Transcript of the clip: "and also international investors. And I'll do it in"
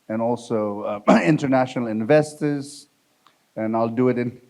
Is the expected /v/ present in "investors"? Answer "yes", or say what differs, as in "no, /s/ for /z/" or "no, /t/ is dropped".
yes